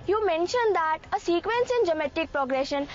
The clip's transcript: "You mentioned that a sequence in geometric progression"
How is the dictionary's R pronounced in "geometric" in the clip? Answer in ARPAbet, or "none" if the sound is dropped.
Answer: none